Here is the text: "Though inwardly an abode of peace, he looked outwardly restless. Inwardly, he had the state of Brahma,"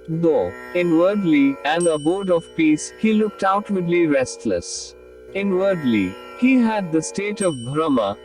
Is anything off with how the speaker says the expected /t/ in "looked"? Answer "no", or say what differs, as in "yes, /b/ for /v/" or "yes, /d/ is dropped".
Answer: no